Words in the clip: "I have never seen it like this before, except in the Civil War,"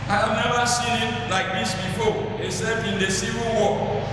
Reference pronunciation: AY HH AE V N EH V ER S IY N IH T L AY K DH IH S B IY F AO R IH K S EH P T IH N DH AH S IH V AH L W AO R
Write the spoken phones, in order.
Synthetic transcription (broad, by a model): AY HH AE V N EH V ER S IY N IH T L AY K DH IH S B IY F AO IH S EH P IH N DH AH S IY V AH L W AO